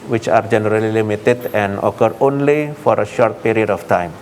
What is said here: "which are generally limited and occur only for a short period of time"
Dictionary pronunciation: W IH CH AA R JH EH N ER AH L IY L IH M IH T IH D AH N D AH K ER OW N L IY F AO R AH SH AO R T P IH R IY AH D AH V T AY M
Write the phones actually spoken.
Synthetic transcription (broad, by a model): W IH CH AA R JH EH N ER AH L IY L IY M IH T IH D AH N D AH K ER OW N L IY F AO R AH SH AO R T P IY R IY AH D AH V T AY M